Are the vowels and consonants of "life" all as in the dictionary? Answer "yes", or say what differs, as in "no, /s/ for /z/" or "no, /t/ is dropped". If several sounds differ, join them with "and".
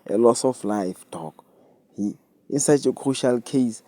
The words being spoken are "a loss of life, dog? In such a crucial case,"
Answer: yes